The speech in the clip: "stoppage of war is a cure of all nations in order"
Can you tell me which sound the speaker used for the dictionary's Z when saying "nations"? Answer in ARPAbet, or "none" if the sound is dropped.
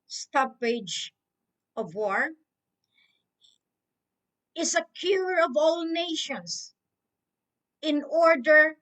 S